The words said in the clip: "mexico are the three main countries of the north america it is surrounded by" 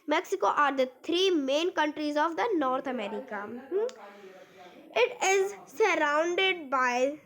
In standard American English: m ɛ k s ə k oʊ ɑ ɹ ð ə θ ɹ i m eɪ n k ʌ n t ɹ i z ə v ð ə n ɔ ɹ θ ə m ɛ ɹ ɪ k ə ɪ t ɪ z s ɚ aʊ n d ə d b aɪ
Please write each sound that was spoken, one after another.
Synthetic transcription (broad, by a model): m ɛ k s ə k oʊ ɑ ɹ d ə t ɹ i m eɪ n k ʌ n t ɹ i z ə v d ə n ɔ ɹ t ə m ɛ ɹ ɪ k ə ɪ t ɪ z s ɚ aʊ n d ə d b aɪ